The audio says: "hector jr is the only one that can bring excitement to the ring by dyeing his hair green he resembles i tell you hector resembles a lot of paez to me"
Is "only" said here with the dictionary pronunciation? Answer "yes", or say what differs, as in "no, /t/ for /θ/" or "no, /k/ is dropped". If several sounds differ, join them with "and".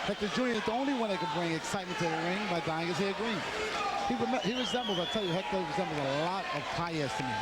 yes